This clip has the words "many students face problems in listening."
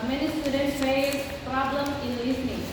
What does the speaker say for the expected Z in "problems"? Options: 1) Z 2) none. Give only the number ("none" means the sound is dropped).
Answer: 2